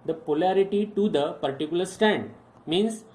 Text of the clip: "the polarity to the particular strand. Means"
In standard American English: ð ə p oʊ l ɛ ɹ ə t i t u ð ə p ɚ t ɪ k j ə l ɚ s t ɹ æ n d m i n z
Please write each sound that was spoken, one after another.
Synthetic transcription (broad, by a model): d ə p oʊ l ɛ ɹ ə t i t u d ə p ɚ t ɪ k j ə l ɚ s t æ n d m i n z